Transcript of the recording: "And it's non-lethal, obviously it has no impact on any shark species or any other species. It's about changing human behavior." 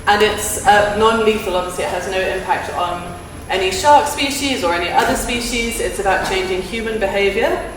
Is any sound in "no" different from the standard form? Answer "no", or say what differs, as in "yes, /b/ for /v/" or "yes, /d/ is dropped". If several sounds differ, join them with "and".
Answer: no